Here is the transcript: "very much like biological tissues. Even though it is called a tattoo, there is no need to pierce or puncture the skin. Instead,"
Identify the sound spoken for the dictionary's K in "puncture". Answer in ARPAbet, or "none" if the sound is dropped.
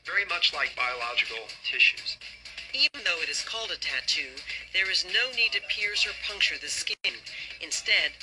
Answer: K